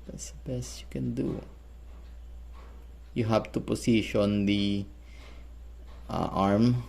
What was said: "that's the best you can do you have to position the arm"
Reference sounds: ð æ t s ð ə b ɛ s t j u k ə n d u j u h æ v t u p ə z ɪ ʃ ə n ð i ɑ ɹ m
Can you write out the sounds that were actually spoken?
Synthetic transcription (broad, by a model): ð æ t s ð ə b ɛ s t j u k ə n d u j u h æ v t u p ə s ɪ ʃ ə n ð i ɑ ɹ m